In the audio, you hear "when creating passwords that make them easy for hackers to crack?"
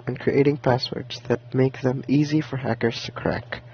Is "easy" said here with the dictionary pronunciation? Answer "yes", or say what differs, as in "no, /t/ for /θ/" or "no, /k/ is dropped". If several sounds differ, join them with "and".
yes